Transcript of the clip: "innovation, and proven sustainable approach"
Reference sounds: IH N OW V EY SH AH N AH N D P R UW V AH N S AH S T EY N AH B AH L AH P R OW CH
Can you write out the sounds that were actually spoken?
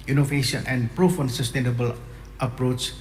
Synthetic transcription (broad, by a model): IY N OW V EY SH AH N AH N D P R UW F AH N S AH S T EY N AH B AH L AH P R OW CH